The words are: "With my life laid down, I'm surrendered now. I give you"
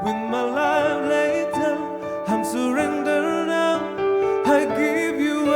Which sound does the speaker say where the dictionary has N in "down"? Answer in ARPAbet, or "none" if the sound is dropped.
none